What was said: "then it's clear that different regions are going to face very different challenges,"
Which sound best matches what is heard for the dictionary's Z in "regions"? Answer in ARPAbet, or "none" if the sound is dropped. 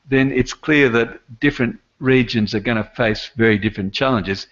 Z